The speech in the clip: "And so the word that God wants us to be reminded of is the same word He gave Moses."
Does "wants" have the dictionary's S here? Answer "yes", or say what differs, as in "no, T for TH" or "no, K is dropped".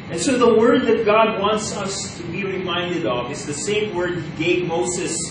yes